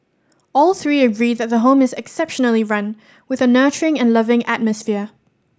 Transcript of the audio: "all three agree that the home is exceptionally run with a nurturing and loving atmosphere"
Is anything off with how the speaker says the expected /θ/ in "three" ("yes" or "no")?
no